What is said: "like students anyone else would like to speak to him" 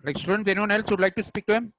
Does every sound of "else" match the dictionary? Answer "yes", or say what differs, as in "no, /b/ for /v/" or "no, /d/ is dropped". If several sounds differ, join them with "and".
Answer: yes